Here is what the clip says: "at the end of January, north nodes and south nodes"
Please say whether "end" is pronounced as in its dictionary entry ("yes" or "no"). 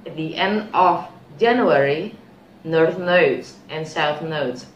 yes